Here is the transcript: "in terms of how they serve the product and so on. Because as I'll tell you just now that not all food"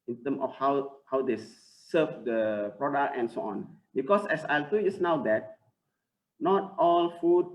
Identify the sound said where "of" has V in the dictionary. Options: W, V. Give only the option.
W